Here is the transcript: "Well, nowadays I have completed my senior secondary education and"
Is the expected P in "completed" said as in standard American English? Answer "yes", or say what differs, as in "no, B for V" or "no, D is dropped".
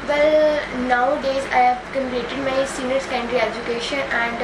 no, P is dropped